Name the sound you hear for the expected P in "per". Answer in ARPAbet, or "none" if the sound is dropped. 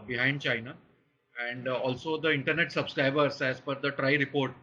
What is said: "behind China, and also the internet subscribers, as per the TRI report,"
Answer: F